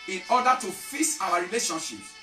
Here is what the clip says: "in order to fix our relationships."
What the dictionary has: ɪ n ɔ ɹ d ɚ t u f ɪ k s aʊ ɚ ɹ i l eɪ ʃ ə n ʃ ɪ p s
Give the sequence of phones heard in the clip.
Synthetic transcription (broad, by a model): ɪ n ɔ d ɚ t u f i s aʊ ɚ ɹ i l eɪ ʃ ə n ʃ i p